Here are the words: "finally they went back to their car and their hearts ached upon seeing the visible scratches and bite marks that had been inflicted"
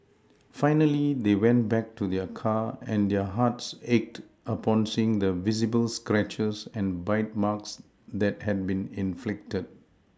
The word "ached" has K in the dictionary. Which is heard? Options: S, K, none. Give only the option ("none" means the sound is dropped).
K